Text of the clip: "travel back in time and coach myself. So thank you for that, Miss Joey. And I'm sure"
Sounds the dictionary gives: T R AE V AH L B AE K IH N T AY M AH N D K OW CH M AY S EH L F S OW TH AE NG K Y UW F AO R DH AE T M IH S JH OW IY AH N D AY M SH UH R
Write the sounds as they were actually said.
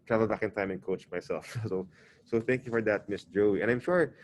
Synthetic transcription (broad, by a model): T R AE V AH L B AE K IH N T AY M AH N K OW CH M AY S EH L F S OW TH AE NG K Y UW F AO R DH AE T M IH S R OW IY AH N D AY M SH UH R